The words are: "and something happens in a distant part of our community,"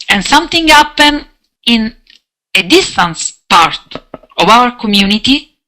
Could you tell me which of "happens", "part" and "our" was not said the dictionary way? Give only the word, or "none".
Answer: happens